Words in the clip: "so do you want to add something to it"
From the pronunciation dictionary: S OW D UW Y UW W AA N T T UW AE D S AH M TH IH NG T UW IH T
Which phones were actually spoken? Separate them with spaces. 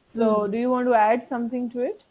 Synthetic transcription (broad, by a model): S OW D UW Y UW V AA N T T UW AE D S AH M T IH NG T UW IH T